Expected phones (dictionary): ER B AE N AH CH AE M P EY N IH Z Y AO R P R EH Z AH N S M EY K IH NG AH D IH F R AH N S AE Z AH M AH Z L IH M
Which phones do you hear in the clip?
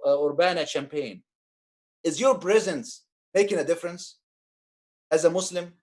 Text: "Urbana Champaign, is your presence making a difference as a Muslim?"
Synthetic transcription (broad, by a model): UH B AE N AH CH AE M P EY N IH Z Y AO R P R EH Z AH N S M EY K IH NG AH D IH F R AH N S AE Z AH M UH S L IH M